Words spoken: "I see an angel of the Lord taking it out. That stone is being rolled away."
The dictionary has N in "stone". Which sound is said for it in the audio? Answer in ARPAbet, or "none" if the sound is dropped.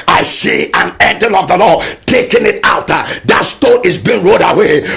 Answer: none